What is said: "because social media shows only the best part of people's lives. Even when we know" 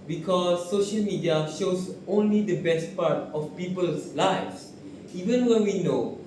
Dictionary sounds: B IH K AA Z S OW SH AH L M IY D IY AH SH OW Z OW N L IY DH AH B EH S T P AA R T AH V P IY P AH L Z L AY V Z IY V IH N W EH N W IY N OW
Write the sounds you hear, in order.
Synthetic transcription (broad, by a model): B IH K AA S OW SH AH L M IY D IY AH SH OW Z OW N L IY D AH B EH S T P AA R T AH F P IY P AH L S L AY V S IY V IH N W EH N W IY N OW